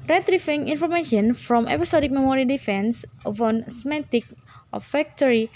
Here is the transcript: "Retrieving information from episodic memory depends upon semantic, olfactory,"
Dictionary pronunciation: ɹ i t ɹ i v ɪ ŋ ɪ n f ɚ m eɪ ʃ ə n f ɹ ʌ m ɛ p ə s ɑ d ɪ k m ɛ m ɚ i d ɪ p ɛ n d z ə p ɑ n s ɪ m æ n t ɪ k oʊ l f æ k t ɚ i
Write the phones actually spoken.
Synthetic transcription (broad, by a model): ɹ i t ɹ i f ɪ ŋ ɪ n f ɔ m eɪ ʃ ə n f ɹ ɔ m ɛ p ə s ɑ d ɪ k m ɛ m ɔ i d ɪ f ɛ n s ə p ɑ n s m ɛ t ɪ k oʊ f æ k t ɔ i